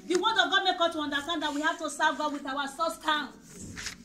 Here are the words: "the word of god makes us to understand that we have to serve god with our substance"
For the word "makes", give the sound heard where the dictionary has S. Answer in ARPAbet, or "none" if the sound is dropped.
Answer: none